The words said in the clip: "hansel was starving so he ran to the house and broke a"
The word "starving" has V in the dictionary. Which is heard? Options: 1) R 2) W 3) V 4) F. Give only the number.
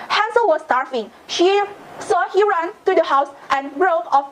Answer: 4